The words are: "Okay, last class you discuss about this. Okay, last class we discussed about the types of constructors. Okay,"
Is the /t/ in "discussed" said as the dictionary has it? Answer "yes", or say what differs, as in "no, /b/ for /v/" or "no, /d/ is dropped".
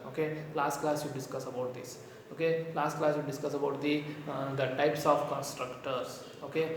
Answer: no, /t/ is dropped